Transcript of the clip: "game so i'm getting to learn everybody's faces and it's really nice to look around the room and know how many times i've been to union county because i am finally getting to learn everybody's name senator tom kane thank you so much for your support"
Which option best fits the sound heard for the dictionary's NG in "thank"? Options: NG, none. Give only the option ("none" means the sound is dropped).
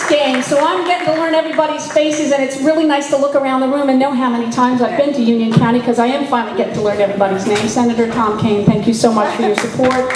NG